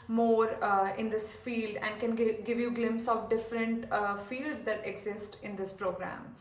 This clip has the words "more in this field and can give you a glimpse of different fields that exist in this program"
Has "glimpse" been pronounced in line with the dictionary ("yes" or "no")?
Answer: yes